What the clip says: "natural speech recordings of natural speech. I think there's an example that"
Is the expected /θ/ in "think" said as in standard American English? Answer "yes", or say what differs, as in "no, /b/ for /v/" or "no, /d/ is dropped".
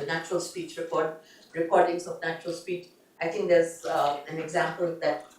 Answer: no, /t/ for /θ/